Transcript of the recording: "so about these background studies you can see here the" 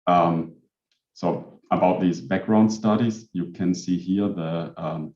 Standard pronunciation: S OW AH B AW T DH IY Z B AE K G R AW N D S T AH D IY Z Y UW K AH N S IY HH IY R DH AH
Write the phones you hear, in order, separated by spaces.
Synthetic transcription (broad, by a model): S OW AH B AW T DH IY Z B AE K G R AW N D S T AH D IY Z Y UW K AH N S IY HH IY R DH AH